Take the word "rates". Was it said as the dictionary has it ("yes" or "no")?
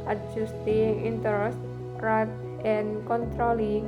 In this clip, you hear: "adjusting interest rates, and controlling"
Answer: no